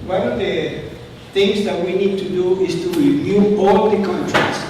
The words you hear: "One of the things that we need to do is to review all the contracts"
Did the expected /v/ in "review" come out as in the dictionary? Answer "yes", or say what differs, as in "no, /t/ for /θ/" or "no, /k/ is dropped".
no, /v/ is dropped